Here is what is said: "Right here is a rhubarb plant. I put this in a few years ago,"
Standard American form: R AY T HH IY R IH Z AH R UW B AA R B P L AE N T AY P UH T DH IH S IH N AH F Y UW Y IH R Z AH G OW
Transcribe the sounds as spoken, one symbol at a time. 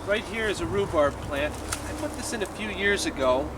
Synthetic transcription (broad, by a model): R AY T HH IY R IH Z AH R UW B AA R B P L AE N T AY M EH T DH IH S IH N AH F Y UW Y IH R Z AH G OW